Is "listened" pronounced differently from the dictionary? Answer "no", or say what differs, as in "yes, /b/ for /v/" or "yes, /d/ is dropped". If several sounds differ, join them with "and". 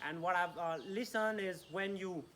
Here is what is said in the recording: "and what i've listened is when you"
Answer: yes, /d/ is dropped